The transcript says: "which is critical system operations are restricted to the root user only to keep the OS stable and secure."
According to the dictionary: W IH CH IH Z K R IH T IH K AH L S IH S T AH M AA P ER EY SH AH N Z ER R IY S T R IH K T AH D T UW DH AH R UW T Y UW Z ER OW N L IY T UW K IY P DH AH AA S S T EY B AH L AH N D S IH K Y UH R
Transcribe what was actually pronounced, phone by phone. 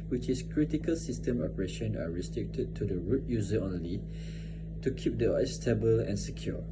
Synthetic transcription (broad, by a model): W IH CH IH S K R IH T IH K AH L S IH S T AH M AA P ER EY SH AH N ER R IY S T R IH K T AH D T UW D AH R UW T Y UW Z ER OW N L IY T UW K IY P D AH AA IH S T EY B AH L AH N S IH K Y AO